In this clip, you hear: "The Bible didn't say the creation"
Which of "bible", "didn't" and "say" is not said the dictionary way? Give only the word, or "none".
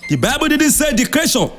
none